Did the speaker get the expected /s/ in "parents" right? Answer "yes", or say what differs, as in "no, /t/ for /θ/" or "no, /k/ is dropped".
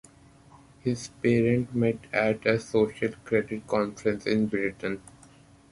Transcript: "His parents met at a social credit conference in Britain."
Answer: no, /s/ is dropped